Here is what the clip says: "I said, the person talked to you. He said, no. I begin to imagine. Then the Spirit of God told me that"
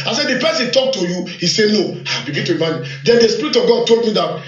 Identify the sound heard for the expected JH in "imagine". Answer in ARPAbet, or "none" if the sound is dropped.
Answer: none